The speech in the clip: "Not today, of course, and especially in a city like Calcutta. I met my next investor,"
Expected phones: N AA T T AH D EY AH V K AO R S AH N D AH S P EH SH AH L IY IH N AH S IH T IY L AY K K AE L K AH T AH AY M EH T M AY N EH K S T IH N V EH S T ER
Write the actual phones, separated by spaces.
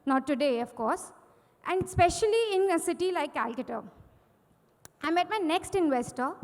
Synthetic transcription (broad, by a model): N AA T T AH D EY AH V K AO R S AH N D S P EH SH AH L IY IH N AH S IH T IY L AY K K AE L K AH T AH AY M EH T M AY N EH K S T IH N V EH S T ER